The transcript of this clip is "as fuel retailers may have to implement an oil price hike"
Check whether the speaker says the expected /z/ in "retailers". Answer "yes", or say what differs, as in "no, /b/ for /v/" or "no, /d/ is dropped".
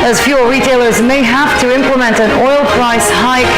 yes